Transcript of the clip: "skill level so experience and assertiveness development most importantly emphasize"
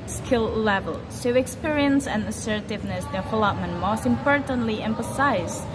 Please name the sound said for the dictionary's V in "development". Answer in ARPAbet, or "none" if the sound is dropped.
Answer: F